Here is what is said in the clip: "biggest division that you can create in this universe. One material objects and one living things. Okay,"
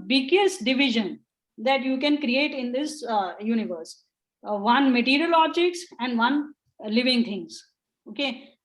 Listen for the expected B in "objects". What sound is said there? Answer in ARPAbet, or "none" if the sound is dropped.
none